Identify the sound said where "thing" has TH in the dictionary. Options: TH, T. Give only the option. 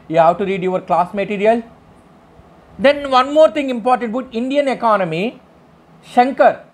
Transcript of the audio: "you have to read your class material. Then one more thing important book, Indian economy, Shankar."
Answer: T